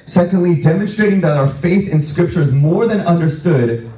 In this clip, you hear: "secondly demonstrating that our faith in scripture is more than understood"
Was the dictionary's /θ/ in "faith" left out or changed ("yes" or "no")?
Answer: no